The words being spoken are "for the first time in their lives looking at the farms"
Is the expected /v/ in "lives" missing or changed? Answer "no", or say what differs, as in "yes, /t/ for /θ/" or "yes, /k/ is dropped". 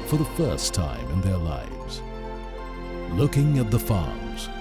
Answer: no